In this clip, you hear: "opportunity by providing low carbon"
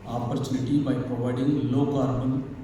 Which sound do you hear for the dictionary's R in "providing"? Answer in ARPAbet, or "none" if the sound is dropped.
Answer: none